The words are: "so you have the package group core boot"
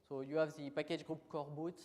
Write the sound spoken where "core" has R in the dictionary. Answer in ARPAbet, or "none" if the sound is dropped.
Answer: R